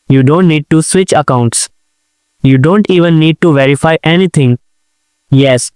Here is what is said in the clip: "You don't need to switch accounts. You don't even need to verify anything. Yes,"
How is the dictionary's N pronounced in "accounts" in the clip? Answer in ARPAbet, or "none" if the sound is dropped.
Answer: N